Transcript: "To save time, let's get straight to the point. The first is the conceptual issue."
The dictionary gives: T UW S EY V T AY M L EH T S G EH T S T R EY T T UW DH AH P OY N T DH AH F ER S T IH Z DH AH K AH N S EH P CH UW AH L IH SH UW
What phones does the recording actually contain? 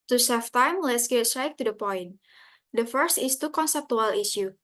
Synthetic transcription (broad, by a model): T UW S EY F T AY M L EH T S G EH T S T R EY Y T UW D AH P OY N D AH F ER S T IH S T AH K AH N S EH P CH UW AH L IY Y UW